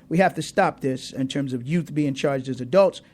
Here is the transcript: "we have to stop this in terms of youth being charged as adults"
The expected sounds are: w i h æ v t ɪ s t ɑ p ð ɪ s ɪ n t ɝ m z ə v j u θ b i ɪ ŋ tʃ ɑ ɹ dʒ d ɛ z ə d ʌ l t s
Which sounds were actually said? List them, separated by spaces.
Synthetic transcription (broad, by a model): w i h æ f t ɪ s t ɑ p ð ɪ s ɪ n t ɝ m z ə v j u θ b i ɪ ŋ tʃ ɑ ɹ dʒ d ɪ z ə d ʌ l t s